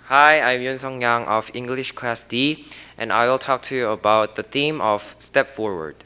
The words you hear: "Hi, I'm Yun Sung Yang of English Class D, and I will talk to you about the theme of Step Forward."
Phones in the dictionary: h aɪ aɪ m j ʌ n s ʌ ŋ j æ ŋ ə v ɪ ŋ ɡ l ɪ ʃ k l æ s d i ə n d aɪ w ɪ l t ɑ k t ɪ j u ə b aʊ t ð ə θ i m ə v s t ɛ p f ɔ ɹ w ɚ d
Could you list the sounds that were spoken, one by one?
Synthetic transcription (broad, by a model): h aɪ aɪ m j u n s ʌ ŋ j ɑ ŋ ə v ɪ ŋ ɡ l ɪ ʃ k l æ s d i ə n aɪ w ɪ l t ɑ k t ɪ j u ə b aʊ t ð ə θ i m ə v s t ɛ p f ɔ ɹ w ɚ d